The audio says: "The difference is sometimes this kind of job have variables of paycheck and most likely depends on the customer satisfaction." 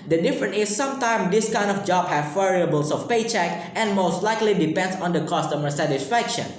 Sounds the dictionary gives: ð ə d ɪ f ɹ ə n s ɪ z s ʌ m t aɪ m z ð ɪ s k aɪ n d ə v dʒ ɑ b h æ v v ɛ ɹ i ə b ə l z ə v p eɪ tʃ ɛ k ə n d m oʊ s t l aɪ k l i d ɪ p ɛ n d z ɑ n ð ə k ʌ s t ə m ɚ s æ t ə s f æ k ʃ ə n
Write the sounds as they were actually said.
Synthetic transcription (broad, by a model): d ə d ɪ f ɹ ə n ɪ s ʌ m t aɪ m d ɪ s k aɪ n d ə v dʒ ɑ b h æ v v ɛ ɹ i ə b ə l s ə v p eɪ tʃ ɛ k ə n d m oʊ s t l aɪ k l i d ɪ p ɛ n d s ɑ n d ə k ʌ s t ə m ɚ s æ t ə s f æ k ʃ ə n